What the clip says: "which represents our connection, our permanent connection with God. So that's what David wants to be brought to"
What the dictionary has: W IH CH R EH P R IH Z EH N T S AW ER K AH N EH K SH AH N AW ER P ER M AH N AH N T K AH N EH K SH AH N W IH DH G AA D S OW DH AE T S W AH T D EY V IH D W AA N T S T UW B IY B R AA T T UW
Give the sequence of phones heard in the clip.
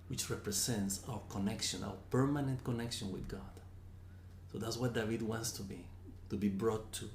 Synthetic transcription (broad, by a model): W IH CH R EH P R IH S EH N T S AW ER K AH N EH K SH AH N AW ER P ER M AH N AH N T K AH N EH K SH AH N W IH DH G AA D S OW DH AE T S W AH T D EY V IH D W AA N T S T UW B IY B R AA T T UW